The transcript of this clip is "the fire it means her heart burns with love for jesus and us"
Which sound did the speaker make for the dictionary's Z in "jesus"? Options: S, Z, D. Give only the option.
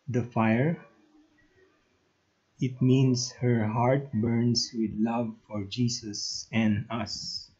S